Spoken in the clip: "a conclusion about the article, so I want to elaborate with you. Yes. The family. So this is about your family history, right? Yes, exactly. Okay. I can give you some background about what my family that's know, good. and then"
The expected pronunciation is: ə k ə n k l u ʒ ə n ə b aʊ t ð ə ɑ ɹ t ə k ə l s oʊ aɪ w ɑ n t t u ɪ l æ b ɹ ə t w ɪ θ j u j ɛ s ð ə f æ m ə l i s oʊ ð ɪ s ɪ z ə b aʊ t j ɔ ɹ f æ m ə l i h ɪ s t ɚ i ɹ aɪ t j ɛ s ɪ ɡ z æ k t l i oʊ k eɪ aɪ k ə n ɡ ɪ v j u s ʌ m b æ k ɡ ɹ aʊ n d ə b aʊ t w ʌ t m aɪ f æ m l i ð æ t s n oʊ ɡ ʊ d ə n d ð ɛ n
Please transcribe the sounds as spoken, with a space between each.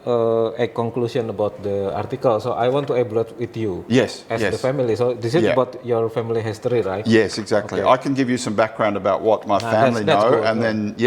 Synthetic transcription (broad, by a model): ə k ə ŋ k l u s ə n ə b aʊ t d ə ɑ ɹ t ə k ə l s oʊ aɪ w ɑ n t t u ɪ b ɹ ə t w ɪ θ j u j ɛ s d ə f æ m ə l i s oʊ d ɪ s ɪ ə b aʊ t j ɔ ɹ f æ m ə l i h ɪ s t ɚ i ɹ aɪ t j ɛ s ɪ ɡ z æ k t l i aɪ k ə n ɡ ɪ v j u s ʌ m b æ k ɡ ɹ aʊ n d ə b aʊ t w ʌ t m aɪ f æ m l i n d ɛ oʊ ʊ ə n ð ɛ n